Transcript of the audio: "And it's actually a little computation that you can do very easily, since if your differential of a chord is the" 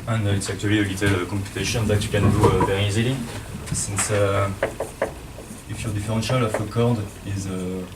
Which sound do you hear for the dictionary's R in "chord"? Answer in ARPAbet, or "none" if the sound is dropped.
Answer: R